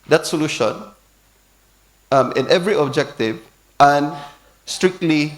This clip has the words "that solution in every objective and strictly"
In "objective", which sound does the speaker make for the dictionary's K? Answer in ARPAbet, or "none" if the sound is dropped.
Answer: K